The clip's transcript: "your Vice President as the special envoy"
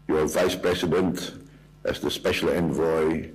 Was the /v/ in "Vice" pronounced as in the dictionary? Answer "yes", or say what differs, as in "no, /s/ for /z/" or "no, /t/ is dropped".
yes